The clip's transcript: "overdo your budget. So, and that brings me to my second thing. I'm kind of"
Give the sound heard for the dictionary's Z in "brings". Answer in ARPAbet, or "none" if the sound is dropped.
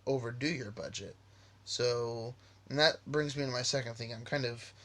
Z